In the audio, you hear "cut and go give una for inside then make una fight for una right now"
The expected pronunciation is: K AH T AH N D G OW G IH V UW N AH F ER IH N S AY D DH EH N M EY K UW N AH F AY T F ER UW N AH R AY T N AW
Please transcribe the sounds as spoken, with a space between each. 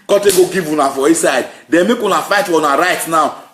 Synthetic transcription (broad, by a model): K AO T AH G OW G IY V UW N AH F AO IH S AY D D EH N M EY K UW N AH F AY T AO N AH R AY T N AW